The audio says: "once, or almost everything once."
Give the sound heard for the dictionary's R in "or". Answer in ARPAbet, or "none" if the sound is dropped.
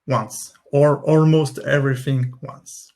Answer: R